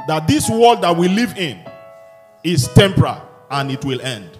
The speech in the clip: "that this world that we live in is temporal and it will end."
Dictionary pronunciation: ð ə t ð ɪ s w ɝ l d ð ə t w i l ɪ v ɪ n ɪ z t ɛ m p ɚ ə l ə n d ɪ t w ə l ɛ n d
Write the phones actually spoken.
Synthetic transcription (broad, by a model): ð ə t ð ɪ s w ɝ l d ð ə t w i l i v ɪ n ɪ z t ɛ m p ɚ ə l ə n ɪ t w ə l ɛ n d